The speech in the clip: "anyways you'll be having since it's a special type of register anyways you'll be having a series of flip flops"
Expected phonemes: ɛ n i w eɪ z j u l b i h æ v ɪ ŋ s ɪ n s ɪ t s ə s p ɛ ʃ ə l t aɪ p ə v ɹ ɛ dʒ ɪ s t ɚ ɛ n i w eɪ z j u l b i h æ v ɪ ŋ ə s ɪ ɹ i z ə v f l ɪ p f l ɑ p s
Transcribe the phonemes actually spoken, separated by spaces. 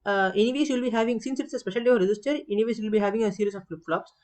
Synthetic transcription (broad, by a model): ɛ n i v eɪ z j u l b i h æ v ɪ ŋ s ɪ n s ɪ t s ə s p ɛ ʃ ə l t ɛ ə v ɹ ɛ dʒ ɪ s t ɚ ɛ n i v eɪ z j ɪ l b i h æ v ɪ ŋ ə s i ɹ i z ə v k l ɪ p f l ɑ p s